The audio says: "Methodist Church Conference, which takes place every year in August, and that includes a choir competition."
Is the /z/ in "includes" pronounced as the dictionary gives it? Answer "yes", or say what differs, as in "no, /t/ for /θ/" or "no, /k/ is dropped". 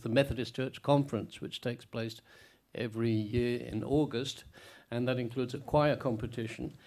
yes